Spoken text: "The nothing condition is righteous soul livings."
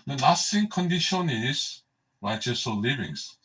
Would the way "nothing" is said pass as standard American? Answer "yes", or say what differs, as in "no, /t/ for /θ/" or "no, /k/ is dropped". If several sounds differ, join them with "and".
no, /s/ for /θ/